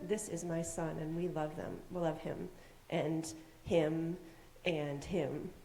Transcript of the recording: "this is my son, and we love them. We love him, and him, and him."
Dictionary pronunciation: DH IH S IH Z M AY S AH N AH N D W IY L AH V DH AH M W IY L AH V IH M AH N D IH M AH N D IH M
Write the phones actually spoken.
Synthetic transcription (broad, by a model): DH IH S IH Z M AY S AH N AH N W IY L AH V DH AH M W IY L AH V IH M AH N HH IH M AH N IH M